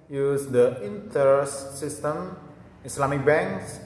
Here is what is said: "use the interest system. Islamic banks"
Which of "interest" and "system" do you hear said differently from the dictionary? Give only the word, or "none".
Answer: interest